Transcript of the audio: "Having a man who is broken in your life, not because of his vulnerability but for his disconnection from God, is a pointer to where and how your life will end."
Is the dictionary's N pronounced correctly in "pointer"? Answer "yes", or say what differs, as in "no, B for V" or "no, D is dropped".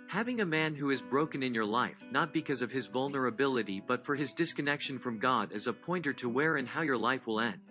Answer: yes